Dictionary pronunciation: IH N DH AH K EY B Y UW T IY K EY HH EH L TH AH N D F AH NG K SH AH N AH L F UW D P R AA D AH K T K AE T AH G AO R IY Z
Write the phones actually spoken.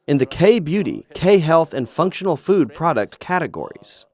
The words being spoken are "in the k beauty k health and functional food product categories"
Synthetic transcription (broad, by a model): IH N DH AH K EY B Y UW T IY K EY HH EH L TH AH N F AH NG K SH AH N L F UW D P R AA D AH K T K AE T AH G AO R IY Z